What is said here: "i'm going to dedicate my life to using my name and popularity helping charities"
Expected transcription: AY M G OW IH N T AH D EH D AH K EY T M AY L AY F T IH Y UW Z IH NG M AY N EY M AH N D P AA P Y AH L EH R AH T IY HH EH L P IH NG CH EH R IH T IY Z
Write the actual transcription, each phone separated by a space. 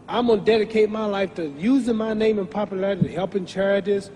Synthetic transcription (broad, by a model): AY M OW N D EH D AH K EY T M AY L AY F T IH Y UW Z IH NG M AY N EY M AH N P AA P Y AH L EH R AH T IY HH EH L P IH NG CH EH R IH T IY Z